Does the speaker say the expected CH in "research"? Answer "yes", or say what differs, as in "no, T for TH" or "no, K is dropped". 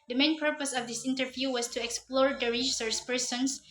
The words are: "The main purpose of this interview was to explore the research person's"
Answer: no, S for CH